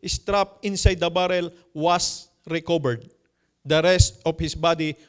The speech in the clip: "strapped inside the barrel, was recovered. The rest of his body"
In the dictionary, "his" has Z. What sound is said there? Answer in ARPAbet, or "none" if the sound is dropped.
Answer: S